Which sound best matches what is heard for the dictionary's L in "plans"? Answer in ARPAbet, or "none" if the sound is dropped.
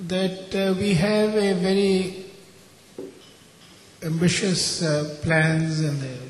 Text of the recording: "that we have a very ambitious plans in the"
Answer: L